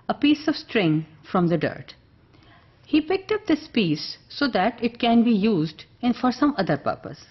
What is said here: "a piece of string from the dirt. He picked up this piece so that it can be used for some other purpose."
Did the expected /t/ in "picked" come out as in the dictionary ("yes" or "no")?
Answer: yes